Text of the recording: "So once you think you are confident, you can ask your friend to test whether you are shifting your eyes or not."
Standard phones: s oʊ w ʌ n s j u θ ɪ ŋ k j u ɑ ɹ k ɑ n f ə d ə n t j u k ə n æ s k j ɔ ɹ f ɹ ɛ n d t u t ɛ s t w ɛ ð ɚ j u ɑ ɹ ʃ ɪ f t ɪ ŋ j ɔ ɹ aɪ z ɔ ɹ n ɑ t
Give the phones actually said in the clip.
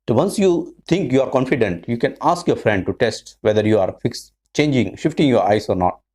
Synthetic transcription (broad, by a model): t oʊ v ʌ n s j u t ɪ ŋ k j u ɑ ɹ k ɑ n f ə d ə n t j u k ə n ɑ s k j ɔ ɹ f ɹ ɛ n d t u t ɛ s t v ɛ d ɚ j u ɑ ɹ ʃ ɪ f t ɪ ŋ j ɔ ɹ aɪ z ɔ ɹ n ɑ t